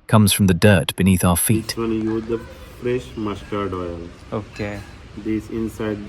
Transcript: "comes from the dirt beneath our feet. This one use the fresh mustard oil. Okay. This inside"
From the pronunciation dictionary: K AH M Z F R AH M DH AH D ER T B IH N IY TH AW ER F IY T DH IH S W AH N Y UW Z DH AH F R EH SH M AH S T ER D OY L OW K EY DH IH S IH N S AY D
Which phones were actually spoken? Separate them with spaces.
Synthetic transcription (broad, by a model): K AH M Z F R AH M DH AH D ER T B IH N IY TH AW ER F IY T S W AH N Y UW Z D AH F R EH SH M AH S T ER D OY L OW K EY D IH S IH N S AY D